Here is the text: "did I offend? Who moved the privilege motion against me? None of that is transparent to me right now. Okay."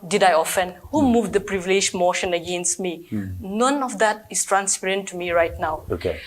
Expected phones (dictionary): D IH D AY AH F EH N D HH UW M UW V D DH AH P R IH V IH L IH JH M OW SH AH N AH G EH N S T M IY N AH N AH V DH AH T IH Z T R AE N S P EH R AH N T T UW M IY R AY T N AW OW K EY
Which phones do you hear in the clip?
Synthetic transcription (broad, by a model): D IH D AY AH F EH N D HH UW M UW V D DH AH P R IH V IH L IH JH M OW SH AH N AH G EH N S T M IY N AH N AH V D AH T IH S T R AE N S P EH R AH N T T UW M IY R AY T N AW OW K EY